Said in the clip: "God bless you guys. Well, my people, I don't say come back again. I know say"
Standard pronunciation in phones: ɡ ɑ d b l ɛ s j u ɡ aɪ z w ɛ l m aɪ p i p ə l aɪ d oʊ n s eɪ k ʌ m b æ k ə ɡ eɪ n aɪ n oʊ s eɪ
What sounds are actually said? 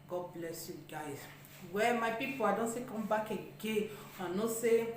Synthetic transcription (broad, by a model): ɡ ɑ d b l ɛ s j u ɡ aɪ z w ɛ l m aɪ p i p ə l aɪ d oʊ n s eɪ k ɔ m b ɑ k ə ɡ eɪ aɪ n oʊ s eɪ